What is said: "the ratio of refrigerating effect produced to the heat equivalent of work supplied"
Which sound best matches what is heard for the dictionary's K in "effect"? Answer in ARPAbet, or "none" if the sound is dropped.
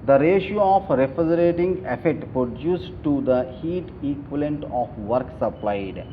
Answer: none